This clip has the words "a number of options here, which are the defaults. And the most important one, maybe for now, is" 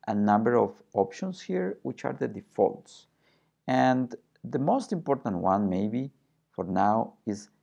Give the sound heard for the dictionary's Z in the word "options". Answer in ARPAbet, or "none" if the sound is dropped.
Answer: S